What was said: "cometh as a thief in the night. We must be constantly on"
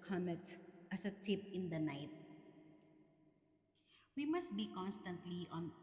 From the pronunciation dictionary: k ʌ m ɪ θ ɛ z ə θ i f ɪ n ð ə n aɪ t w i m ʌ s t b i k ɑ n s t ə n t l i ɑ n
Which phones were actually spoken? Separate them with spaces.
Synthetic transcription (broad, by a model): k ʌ m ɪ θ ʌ s ə t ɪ p ɪ n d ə n aɪ t w i m ʌ s t b i k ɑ n s t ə n t l i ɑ n